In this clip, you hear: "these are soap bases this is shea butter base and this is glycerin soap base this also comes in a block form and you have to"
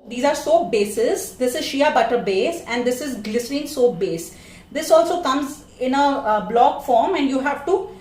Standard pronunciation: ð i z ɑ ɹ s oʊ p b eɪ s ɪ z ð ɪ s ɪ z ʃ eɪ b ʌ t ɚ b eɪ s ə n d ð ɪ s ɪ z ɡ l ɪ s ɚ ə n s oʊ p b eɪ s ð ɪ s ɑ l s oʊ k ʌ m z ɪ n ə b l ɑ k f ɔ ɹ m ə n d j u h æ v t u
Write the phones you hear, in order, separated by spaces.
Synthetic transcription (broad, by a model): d i z ɑ ɹ s oʊ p b eɪ s ɪ z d ɪ s ɪ z ʃ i b ʌ t ɚ b eɪ s ə n d ɪ s ɪ z ɡ l ɪ s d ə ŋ s oʊ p b eɪ s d ɪ s ɑ l s oʊ k ʌ m z ɪ n ə b l ɑ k f ɔ ɹ m ə n d j u h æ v t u